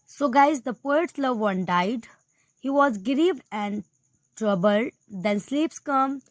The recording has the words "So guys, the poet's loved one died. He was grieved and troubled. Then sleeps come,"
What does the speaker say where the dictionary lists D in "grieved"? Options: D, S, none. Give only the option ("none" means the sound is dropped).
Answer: none